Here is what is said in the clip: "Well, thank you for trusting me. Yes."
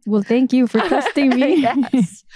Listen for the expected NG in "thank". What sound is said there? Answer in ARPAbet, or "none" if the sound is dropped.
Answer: NG